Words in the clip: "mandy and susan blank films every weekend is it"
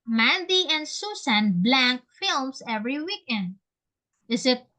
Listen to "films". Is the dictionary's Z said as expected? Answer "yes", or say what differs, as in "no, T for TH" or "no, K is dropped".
no, S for Z